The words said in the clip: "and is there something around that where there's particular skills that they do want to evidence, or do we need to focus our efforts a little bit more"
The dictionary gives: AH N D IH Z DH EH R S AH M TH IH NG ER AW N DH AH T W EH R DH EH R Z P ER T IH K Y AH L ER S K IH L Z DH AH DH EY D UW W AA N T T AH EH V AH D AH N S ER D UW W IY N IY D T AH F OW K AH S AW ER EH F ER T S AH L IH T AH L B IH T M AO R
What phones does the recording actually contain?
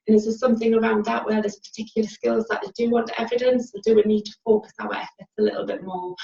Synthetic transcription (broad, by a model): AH N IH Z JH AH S S AH M TH IH NG ER AW N DH AH T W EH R DH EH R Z P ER T IH K Y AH L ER S K IH L Z DH AH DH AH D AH W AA N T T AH EH V AH D AH N S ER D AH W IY N IY D T AH F OW K AH S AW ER EH F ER T S AH L IH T L B IH T M AO